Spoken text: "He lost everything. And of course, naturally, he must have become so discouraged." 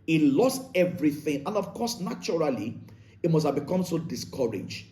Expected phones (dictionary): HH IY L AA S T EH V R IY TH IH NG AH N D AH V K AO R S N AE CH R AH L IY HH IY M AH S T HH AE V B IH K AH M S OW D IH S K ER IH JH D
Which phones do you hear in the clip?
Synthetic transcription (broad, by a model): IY L AA S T EH V R IY TH IH NG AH N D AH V K AO S N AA CH R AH L IY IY M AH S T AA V B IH K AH M S OW D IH S K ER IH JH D